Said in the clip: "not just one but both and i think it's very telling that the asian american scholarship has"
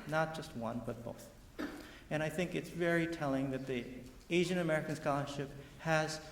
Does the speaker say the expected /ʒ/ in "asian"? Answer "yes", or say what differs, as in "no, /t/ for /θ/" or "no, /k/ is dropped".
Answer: yes